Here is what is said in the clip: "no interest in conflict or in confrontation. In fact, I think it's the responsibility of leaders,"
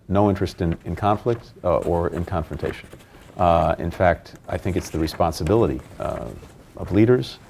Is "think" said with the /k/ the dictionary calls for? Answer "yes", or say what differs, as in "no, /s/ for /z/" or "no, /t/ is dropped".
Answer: yes